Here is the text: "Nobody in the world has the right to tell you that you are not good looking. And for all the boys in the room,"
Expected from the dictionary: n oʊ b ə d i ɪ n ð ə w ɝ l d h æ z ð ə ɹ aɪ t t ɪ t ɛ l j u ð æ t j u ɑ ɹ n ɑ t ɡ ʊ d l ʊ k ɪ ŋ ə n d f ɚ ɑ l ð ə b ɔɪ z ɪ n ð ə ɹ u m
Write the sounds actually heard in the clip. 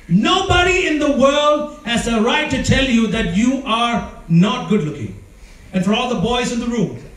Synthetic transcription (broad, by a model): n oʊ b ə d i ɪ n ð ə w ɝ l d h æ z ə ɹ aɪ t t ɪ t ɛ l j u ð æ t j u ɑ ɹ n ɑ t ɡ ʊ d l ʊ k ɪ ŋ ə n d f ɚ ɑ l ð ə b ɔɪ z ɪ n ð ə ɹ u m